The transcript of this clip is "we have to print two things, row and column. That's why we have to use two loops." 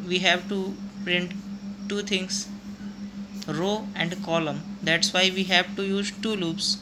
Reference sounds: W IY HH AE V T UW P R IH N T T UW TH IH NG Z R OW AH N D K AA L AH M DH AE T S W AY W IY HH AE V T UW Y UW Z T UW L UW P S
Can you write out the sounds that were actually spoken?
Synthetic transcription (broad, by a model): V IY HH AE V T UW P R IH N T T UW T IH NG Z R OW AH N D K AA L AH M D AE T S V AY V IY HH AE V T UW Y UW Z T UW L UW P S